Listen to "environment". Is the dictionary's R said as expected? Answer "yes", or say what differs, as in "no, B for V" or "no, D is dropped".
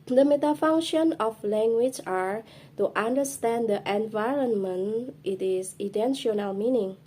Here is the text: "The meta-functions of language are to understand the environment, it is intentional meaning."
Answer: yes